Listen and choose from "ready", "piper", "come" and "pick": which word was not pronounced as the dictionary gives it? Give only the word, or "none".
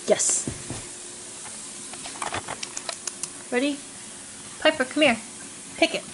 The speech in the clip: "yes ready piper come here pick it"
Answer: none